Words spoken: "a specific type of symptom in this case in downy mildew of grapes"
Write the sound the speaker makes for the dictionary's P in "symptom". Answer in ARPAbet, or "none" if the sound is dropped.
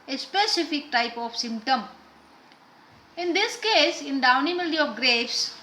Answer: P